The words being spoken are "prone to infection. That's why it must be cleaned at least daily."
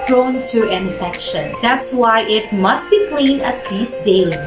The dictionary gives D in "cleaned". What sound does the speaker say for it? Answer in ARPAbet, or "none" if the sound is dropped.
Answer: none